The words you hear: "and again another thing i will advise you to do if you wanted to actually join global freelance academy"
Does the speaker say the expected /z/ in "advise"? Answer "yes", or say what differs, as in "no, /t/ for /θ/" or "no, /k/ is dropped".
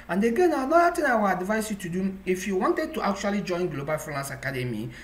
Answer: no, /s/ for /z/